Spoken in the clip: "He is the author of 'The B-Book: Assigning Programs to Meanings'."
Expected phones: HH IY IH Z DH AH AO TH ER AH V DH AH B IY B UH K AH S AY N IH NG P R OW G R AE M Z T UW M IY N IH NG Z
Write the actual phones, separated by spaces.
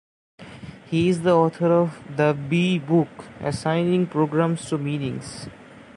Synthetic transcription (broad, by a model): HH IY IH Z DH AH AO T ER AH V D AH B IY B UH K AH S AY N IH NG P R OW G R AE M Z T UW M IY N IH NG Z